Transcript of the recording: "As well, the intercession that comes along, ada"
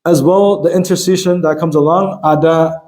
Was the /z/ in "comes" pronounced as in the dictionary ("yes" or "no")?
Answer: yes